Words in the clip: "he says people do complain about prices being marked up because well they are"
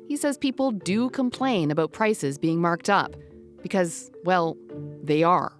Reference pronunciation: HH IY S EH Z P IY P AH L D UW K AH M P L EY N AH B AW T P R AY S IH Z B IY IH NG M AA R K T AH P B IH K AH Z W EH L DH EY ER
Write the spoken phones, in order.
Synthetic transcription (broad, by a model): HH IY S EH Z P IY P L D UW K AH M P L EY N AH B AW T P R AY S IH Z B IY IH NG M AA R K T AH P B IH K AH Z W EH L DH EY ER